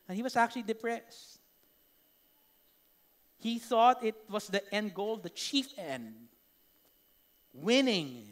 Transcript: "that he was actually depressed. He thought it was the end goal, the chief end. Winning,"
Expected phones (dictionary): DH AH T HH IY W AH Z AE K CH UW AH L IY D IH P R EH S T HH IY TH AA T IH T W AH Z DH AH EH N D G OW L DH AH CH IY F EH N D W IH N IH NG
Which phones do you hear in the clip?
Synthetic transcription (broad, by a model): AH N HH IY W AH S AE K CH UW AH L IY D IH P R EH S T HH IY TH AA T IH T W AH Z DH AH EH N D G OW L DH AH CH IY F EH N D W IH N IH NG